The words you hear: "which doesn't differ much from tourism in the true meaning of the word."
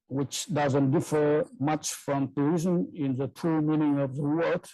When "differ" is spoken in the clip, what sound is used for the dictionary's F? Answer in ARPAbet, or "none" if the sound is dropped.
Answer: F